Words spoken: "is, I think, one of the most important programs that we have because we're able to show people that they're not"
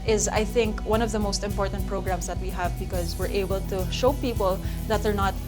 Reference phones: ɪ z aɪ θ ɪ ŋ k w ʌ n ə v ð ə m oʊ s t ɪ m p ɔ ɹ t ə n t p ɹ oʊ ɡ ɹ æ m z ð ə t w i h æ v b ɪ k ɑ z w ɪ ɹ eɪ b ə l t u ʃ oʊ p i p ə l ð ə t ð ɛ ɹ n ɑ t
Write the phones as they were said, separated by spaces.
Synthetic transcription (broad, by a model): ɪ z aɪ θ ɪ ŋ k w ʌ n ə v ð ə m oʊ s t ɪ m p ɔ ɹ t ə n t p ɹ oʊ ɡ ɹ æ m s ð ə t w i h æ v b ɪ k ɑ z w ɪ ɹ eɪ b ə l t u ʃ oʊ p i p ə l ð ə t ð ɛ ɹ n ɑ t